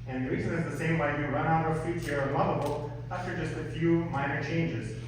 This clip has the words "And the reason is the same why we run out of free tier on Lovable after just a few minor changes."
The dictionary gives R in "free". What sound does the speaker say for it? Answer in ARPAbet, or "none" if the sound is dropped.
none